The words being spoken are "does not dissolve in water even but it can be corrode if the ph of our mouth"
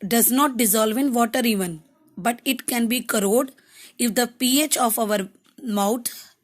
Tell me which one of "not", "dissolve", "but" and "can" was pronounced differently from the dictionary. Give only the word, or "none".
none